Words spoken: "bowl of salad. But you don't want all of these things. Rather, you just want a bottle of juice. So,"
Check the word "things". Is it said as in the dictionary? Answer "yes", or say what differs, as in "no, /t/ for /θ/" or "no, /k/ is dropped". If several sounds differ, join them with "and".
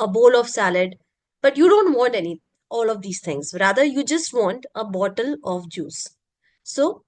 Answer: no, /t/ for /θ/